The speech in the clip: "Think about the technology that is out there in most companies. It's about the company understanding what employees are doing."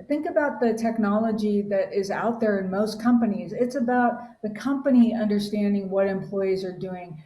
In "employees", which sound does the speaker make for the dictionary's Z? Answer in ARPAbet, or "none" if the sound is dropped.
Z